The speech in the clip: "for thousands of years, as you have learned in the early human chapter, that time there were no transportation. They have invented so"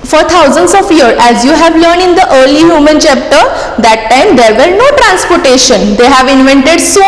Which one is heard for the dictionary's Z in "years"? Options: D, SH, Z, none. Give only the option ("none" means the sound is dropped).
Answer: none